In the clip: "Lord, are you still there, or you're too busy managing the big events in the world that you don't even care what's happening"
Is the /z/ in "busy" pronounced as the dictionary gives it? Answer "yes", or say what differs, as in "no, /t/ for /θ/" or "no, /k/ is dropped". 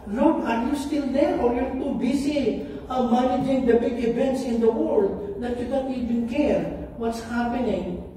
no, /s/ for /z/